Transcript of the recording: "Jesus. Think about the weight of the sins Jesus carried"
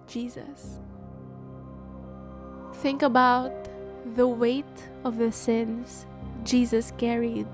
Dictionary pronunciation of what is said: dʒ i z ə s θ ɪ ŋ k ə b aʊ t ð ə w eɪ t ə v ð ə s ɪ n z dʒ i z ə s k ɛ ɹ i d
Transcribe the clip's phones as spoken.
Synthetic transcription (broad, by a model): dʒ i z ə s θ ɪ ŋ k ə b aʊ t ð ə w eɪ t ə v ð ə s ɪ n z dʒ i z ə s k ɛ ɹ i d